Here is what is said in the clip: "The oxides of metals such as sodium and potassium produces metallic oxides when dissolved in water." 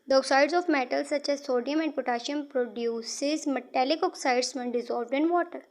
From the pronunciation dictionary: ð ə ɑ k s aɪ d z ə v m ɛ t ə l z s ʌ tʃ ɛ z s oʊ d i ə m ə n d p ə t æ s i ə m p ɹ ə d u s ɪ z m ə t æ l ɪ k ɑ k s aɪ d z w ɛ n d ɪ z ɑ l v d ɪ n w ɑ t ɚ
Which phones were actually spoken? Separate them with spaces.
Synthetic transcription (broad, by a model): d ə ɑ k s aɪ d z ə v m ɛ t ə l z s ʌ tʃ ɛ z s oʊ d i ə m ə n d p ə t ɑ ʃ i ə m p ɹ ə d u s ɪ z m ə t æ l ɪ k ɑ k s aɪ d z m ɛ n d ɪ z ɑ l v d ɪ n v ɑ t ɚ